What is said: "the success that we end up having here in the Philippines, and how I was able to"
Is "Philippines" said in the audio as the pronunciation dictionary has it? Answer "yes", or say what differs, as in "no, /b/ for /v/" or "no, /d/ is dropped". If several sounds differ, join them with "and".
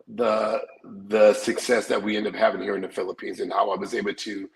yes